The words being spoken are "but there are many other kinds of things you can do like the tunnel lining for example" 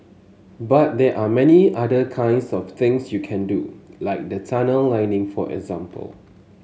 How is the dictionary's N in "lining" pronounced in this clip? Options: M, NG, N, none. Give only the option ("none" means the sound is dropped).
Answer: N